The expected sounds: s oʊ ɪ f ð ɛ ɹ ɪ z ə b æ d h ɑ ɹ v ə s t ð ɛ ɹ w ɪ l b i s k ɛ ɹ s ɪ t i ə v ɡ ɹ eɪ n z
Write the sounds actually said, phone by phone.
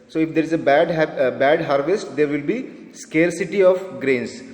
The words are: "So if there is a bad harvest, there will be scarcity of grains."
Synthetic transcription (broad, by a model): s oʊ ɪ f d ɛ ɹ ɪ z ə b æ d h ɑ ɹ v ə s t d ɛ ɹ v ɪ l b i s k ɛ ɹ s ɪ t i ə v ɡ ɹ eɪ n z